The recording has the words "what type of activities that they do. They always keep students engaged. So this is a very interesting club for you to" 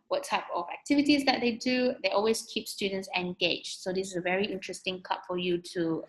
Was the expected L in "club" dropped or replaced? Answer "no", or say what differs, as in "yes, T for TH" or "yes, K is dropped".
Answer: yes, L is dropped